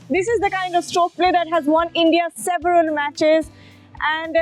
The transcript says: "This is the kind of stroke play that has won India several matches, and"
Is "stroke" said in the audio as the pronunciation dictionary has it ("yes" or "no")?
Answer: no